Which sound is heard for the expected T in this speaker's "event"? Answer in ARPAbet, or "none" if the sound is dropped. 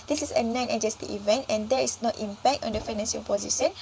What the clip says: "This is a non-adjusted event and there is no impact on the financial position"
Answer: T